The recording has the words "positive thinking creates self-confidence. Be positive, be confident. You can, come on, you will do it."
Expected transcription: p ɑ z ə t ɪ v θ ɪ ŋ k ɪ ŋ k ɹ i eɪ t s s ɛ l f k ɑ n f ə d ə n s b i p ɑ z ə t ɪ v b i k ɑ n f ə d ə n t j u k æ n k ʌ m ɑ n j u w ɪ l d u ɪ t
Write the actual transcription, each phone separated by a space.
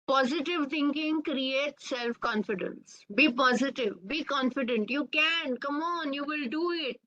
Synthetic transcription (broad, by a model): p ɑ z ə t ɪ v t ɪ ŋ k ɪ ŋ k ɹ i eɪ t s s ɛ l f k ɑ n f ə d ə n s b i p ɑ z ə t ɪ v b i k ɑ n f ə d ə n t j u k æ n k ʌ m ɑ n j u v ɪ l d u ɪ t